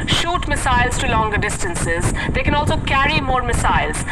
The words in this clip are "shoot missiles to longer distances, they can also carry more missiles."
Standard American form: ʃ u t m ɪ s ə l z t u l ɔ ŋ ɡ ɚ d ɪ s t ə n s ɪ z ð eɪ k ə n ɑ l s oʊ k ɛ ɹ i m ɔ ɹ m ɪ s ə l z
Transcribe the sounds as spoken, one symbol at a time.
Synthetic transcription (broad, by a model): ʃ u t m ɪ s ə l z t u l ɔ ŋ ɡ ɚ d ɪ s t ə n s ɪ z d eɪ k ə n ɑ l s oʊ k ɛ ɹ i m ɔ ɹ m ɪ s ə l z